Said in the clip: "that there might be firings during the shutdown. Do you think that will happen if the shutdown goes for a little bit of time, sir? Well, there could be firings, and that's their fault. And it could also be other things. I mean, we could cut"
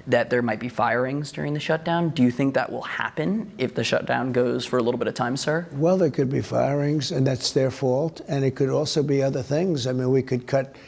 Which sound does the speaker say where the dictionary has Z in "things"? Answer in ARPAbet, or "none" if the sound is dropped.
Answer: Z